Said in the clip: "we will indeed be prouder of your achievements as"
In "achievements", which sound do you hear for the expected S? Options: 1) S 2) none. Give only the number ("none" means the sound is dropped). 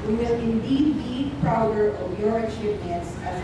1